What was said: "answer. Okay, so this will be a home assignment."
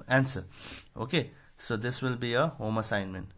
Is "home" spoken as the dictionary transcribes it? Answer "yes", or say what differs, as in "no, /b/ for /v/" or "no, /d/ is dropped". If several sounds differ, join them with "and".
yes